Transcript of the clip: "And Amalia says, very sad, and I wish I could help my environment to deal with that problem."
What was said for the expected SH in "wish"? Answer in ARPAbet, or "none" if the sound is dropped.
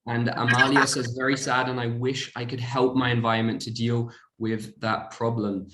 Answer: SH